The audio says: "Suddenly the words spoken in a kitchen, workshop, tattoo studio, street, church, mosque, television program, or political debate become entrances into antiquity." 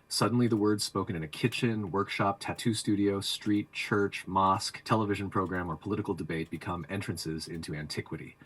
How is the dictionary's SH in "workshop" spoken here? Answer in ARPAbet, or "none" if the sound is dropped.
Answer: SH